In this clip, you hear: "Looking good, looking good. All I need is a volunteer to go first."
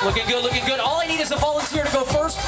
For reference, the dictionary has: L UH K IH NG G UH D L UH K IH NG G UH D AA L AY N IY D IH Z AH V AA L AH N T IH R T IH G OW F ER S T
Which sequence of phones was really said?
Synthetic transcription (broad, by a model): L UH K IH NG G UH D L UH K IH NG G UH D AA L AY N IY D IH Z AH V AA L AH N T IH R T IH G OW F ER S T